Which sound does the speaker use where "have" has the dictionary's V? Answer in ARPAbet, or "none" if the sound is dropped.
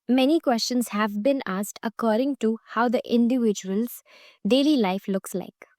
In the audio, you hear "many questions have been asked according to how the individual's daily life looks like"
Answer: V